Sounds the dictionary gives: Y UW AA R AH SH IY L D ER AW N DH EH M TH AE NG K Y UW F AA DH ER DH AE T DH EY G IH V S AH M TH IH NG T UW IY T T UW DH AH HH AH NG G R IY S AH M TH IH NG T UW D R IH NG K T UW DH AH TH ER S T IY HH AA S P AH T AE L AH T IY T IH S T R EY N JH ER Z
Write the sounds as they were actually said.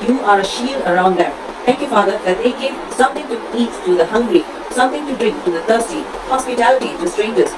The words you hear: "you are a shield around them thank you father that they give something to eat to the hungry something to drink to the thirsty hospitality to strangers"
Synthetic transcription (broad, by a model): Y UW AA R AH SH IY L D ER AW N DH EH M T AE NG K Y UW F AA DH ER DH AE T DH EY G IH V S AH M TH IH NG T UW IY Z T UW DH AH HH AH NG G R IY S AH M T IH NG T UW D R IH NG K T UW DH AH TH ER S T IY HH AA S P AH T AE L AH T IY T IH S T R EY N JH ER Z